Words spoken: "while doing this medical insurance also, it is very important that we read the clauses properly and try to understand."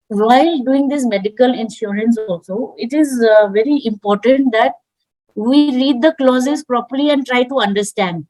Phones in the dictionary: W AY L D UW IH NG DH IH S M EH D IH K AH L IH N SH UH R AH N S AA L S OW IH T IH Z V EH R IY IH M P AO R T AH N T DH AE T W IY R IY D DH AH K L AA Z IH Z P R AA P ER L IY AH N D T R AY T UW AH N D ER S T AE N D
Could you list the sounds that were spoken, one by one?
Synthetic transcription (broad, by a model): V AY L D UW IH NG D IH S M EH D IH K AH L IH N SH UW R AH N S AA L S OW IH T IH Z V EH R IY IH M P AO R T AH N T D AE T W IY R IY D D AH K L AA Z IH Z P R AA P ER L IY AH N D T R AY T UW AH N D ER S T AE N D